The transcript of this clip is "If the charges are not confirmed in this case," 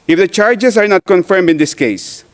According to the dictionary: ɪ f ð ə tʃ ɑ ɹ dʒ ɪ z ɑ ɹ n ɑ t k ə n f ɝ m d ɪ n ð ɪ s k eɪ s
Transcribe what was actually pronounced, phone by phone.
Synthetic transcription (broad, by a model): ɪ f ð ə tʃ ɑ ɹ dʒ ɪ s ɑ ɹ n ɑ t k ə n f ɝ m d ɪ n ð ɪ s k eɪ s